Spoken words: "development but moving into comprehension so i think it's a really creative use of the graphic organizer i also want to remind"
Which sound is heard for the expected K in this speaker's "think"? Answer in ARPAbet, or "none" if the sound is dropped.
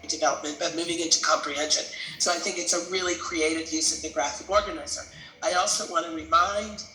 K